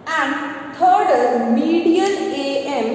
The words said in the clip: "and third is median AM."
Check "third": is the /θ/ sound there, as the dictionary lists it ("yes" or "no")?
no